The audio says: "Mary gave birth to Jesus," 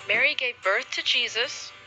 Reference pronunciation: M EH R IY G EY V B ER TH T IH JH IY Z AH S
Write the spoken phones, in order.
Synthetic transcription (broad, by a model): M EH R IY G EY V B ER TH T IH JH IY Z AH S